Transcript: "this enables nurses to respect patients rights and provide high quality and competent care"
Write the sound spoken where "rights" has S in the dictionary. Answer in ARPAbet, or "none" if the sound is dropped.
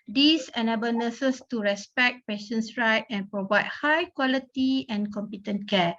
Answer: none